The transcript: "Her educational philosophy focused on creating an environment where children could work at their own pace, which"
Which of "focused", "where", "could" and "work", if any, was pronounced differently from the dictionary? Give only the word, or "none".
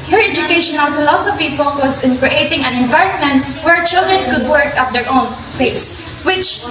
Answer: focused